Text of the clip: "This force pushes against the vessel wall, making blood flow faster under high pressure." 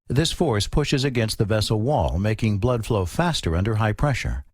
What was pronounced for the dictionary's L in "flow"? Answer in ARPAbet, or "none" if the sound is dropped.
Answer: L